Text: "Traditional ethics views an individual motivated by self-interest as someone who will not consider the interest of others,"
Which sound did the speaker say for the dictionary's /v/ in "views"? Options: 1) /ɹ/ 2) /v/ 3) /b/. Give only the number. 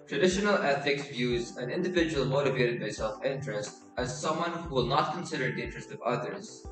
2